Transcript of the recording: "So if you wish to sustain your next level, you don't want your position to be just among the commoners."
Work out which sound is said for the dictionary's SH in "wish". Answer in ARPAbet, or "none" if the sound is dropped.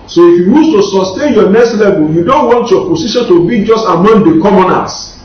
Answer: S